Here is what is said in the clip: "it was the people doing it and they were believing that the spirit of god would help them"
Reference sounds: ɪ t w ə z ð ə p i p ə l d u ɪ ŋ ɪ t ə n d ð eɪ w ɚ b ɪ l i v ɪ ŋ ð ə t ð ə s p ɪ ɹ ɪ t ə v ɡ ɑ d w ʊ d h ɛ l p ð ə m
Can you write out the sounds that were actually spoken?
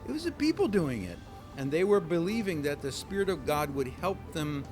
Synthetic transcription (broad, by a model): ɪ t w ə z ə p i p l d u ɪ ŋ ɪ t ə n ð eɪ w ɚ b ɪ l i v ɪ ŋ ð ə t ð ə s p ɪ ɹ ɪ t ə v ɡ ɑ d w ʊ d h ɛ l p ð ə m